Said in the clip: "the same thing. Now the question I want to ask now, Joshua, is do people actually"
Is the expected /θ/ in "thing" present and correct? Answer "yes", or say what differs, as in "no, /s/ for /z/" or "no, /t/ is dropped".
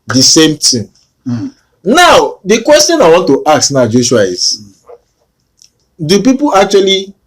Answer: no, /t/ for /θ/